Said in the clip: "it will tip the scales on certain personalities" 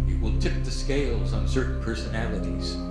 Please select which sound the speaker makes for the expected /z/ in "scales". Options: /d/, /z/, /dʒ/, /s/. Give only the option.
/z/